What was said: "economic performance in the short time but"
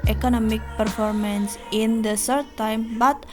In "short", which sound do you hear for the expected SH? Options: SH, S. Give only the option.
S